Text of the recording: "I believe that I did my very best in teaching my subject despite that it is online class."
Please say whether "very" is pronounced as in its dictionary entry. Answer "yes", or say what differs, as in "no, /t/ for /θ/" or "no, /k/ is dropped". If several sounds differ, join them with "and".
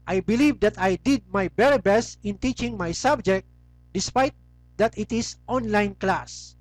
no, /b/ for /v/